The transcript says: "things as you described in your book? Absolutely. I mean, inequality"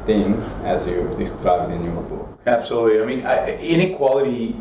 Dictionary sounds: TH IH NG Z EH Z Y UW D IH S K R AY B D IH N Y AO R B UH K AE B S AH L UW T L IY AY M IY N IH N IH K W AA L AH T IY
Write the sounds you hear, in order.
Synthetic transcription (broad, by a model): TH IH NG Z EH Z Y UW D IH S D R AY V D IH N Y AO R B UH AE B S AH L UW T L IY AY M IY N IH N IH K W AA L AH T IY